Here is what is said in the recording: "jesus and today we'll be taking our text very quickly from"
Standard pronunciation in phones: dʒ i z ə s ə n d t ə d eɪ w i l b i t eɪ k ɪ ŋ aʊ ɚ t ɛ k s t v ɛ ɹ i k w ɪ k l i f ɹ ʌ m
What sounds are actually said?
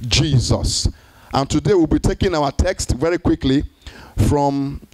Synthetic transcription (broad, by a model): dʒ i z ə s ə n t ə d eɪ w i l b i t eɪ k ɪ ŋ aʊ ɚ t ɛ k s t v ɛ ɹ i k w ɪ k l i f ɹ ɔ m